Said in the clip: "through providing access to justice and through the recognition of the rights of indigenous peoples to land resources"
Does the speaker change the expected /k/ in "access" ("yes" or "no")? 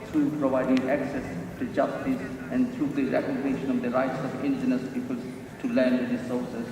no